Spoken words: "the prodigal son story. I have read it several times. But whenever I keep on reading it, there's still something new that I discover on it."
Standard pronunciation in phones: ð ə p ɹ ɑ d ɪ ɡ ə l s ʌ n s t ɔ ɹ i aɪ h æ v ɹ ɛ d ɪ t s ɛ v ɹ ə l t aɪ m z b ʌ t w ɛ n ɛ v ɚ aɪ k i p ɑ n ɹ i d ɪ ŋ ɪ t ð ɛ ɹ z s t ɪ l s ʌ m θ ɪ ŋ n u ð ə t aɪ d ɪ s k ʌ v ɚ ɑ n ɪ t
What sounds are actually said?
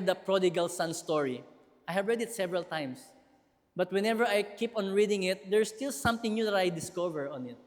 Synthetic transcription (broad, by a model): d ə p ɹ ɑ d ɪ ɡ ə l s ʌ n s t ɔ ɹ i aɪ h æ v ɹ ɛ d ɪ t s ɛ v ɹ ə l t aɪ m s b ʌ t w ɛ n ɛ v ɚ aɪ k i p ɑ n ɹ i d ɪ ŋ ɪ t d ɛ ɹ s t ɪ l s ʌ m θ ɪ ŋ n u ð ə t aɪ d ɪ s k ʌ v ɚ ɑ n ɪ t